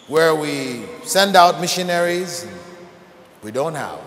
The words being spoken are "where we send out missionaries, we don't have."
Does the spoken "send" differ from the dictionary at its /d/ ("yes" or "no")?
no